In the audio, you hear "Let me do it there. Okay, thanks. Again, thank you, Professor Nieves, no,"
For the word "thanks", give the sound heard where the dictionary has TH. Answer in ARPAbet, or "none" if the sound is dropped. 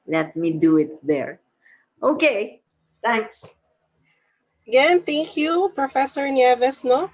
T